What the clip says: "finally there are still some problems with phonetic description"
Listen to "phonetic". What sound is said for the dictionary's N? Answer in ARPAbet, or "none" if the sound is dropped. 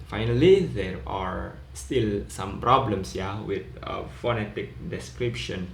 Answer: N